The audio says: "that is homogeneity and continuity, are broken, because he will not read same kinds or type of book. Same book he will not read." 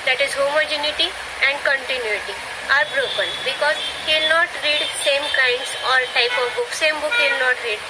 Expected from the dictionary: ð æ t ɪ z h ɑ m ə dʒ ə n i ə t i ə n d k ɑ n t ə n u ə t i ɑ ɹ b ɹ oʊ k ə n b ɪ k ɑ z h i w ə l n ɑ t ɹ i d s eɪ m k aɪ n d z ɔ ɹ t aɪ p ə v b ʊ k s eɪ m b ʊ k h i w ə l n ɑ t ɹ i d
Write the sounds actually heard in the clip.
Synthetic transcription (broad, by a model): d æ t ɪ z h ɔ m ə dʒ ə n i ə t i ə n d k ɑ n t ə n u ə t i ɑ ɹ b ɹ oʊ k ə n b ɪ k ɑ z h i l n ɑ t ɹ i d s eɪ m k aɪ n d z ɔ ɹ t aɪ p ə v b ʊ k s eɪ m b ʊ k h i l n ɑ t ɹ i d